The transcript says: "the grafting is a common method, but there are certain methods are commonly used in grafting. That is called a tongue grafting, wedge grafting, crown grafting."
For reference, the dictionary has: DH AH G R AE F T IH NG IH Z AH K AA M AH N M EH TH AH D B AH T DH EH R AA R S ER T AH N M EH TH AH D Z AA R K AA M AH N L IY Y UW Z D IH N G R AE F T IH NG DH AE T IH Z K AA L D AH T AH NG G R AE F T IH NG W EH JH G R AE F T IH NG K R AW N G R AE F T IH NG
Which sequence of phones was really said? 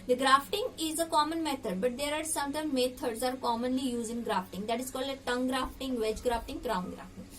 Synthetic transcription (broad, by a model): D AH G R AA F T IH NG IH Z AH K AA M AH N M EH T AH D B AH T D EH R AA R S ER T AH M M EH T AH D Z AA R K AA M AH N L IY Y UW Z IH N G R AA F T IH NG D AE T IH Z K AA L D AH T AH NG G R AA F T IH NG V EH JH G R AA F T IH NG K R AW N G R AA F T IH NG